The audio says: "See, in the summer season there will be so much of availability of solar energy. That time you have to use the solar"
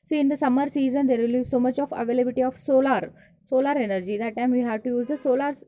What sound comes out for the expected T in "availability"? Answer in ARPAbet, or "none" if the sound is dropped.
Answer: S